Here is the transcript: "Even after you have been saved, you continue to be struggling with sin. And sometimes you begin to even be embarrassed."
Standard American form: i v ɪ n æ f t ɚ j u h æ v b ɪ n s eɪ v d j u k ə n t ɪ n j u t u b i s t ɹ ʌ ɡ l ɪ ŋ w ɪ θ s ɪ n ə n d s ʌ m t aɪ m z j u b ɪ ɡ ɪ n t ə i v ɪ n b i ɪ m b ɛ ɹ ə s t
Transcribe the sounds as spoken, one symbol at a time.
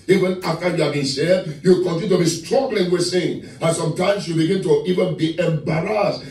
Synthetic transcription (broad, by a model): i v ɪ n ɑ f t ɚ j u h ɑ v b ɪ n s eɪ d j u k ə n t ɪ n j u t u b i s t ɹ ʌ ɡ l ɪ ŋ w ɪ s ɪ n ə n s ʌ m t aɪ m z j u b ɪ ɡ ɪ n t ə i v ɪ n b i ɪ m b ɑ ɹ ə s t